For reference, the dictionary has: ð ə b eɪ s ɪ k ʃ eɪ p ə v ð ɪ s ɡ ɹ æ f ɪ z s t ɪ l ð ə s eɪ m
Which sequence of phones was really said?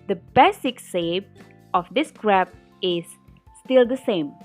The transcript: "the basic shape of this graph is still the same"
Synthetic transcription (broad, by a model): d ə b eɪ s ɪ k s eɪ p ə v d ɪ s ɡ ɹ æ p ɪ z s t ɪ l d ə s eɪ m